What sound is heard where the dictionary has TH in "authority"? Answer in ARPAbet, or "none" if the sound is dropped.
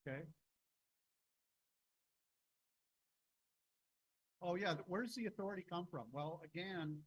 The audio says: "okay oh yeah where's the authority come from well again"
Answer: TH